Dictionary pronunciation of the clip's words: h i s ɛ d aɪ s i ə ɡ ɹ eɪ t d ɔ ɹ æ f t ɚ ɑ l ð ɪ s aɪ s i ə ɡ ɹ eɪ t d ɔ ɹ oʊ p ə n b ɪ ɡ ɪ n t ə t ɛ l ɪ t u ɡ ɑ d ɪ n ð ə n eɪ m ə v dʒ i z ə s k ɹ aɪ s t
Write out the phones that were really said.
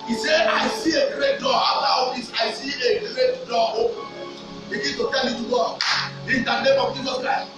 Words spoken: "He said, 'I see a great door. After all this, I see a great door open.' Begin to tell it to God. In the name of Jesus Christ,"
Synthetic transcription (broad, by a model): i s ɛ aɪ s i ə ɡ ɹ eɪ t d ɔ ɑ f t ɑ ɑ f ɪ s aɪ s i ə ɡ ɹ eɪ t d ɔ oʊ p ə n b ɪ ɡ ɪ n t ə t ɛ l ɪ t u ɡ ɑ ɪ n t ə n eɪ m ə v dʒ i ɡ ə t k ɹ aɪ